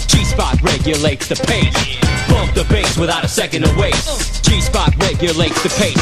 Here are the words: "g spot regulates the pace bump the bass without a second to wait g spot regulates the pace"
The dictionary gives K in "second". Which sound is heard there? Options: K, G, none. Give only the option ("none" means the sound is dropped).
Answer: K